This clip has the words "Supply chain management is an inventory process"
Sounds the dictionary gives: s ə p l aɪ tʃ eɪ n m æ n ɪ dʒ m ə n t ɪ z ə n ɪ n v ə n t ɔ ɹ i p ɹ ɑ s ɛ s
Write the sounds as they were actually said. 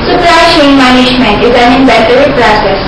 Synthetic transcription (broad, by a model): s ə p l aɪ ʃ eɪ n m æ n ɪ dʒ m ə n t ɪ z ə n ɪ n b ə t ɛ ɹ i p ɹ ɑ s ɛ s